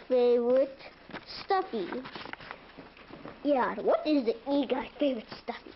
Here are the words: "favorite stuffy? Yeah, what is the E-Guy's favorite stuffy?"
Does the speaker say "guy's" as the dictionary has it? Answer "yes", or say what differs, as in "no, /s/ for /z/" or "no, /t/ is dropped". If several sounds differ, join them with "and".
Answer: no, /z/ is dropped